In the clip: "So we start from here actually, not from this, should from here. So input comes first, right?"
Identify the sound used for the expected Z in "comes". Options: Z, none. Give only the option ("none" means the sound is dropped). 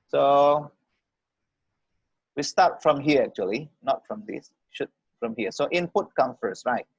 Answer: none